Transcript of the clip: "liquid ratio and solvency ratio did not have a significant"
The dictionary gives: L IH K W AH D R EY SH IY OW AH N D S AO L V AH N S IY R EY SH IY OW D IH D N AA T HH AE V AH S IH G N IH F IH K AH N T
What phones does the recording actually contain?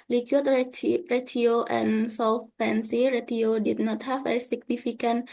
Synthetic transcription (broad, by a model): L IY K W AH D R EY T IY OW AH N S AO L P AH N S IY R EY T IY OW D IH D N AA T HH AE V AH S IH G N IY F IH K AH N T